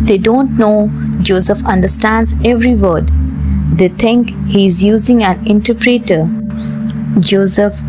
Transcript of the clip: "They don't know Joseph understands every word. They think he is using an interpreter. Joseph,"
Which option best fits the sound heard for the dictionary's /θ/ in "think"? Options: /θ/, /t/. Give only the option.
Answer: /t/